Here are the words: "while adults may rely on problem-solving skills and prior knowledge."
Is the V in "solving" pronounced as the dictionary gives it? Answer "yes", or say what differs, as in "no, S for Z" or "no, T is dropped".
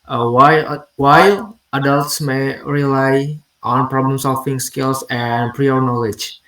no, F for V